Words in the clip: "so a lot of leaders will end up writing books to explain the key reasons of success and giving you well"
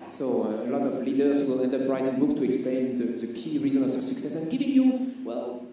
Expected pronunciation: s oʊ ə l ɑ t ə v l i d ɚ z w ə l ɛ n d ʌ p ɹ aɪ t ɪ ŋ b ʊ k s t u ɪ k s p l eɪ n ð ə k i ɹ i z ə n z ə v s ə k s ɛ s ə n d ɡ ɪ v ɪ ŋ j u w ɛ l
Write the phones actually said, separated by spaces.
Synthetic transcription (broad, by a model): s oʊ ə l ɑ t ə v l i d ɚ s w ə l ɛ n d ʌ b ɹ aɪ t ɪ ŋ b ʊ k t u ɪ k s p l eɪ n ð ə k i ɹ i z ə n ə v s ə k s ɛ s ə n ɡ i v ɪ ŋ j u w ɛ l